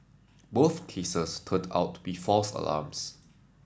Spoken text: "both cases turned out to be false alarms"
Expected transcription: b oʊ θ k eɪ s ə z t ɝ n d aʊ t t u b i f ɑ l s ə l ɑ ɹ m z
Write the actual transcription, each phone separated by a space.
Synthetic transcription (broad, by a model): b oʊ θ k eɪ s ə s t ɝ n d aʊ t t u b i f ɑ l s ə l ɑ m s